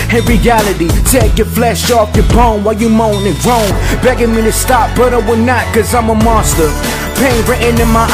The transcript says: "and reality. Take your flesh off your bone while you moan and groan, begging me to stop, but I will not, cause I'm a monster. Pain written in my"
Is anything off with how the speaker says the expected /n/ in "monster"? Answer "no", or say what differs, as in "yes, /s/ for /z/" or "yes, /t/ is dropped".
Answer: yes, /n/ is dropped